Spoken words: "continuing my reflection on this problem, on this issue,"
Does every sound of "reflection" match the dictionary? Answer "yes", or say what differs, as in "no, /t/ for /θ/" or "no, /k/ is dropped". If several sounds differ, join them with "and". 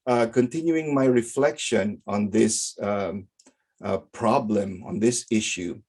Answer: yes